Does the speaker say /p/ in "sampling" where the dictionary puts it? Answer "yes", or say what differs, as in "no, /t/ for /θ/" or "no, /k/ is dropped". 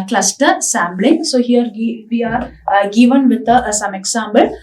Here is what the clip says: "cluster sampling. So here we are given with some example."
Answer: no, /b/ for /p/